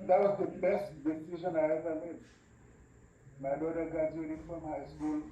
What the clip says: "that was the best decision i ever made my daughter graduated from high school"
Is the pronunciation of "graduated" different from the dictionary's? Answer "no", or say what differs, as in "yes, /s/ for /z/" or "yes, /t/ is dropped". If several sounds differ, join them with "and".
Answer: yes, /ɹ/ is dropped